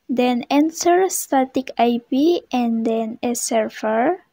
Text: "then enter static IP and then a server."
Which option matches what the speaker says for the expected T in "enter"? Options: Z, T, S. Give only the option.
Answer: S